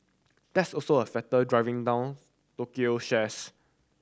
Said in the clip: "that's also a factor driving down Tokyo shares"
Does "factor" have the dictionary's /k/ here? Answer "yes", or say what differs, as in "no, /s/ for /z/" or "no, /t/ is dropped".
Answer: no, /k/ is dropped